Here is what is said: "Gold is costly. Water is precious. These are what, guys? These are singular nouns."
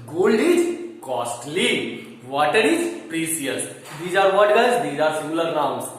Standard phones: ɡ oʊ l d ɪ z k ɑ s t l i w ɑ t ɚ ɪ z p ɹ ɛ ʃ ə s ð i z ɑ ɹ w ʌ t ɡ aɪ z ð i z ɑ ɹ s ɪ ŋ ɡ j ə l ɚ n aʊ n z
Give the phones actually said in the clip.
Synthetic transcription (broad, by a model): ɡ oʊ l d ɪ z k ɑ s t l i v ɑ t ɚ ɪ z p ɹ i s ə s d i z ɑ ɹ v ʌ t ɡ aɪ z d i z ɑ ɹ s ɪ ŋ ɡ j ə l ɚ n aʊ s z